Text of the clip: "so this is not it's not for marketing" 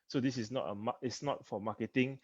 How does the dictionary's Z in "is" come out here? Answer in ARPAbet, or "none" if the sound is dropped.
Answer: S